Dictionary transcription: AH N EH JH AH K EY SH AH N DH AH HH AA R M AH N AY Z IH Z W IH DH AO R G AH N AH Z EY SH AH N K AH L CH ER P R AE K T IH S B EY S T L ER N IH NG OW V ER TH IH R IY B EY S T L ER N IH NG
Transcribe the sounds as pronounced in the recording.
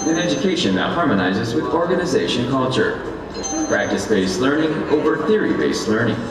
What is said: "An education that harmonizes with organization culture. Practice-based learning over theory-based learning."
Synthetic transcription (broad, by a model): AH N EH JH AH K EY SH AH N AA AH HH AA R M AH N AY Z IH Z W IH DH AO R G AH N AH Z EY SH AH N K AH L CH ER P R AE K T IH S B EY S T L ER N IH NG OW V ER TH IH R IY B EY S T L ER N IH NG